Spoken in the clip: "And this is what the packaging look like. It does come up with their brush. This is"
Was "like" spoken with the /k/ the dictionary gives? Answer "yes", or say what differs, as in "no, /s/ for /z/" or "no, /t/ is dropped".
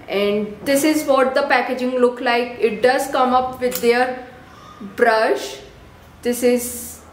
yes